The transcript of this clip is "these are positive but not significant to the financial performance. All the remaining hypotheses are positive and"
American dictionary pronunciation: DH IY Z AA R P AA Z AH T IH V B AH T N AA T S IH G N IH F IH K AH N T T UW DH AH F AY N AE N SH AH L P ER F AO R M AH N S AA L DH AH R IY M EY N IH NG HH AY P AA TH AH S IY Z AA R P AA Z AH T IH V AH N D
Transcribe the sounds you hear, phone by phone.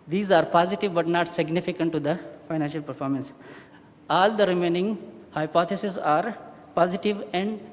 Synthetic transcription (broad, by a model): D IY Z AA R P AA Z AH T IH V B AH T N AA T S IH G N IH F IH K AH N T T UW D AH F AY N AE N SH AH L P ER F AO R M AH N S AA L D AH R IY M EY N IH NG HH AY P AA T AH S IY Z AA R P AA Z AH T IH V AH N D